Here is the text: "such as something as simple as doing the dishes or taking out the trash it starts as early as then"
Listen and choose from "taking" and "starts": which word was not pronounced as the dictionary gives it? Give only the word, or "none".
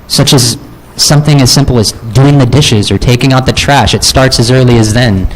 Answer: none